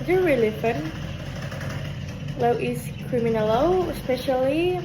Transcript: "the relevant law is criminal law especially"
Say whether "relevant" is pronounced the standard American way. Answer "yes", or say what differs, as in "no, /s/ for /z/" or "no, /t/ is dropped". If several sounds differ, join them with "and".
no, /f/ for /v/